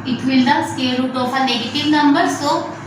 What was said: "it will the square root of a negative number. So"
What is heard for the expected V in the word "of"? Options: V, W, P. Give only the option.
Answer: P